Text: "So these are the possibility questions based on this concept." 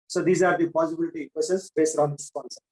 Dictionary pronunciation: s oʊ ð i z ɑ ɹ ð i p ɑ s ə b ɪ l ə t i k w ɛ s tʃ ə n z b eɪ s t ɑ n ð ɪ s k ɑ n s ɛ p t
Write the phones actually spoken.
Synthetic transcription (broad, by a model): s oʊ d i z ɑ ɹ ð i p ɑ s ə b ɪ l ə t i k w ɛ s ə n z b eɪ s t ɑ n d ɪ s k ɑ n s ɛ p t